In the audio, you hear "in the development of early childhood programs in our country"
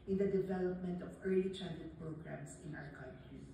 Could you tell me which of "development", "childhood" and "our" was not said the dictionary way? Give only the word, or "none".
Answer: childhood